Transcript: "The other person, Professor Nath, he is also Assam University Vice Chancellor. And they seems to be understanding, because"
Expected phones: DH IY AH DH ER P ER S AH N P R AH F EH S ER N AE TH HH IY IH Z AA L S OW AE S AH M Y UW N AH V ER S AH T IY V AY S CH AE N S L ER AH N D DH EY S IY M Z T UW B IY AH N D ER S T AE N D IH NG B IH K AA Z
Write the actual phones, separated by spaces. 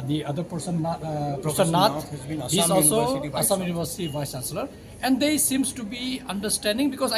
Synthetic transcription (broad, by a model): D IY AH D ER P ER S AH N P AH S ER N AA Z HH IY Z AA L S OW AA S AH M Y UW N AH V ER S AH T IY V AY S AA S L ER AH N D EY S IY M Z T UW B IY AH N D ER S T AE N D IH NG B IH K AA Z